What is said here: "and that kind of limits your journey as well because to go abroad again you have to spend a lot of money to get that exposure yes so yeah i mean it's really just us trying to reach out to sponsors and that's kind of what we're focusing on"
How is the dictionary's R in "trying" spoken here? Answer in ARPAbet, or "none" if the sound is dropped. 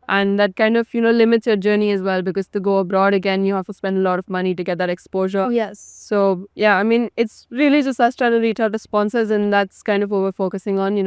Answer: none